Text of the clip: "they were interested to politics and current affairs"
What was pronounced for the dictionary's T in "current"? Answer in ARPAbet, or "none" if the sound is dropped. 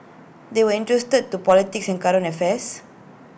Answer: none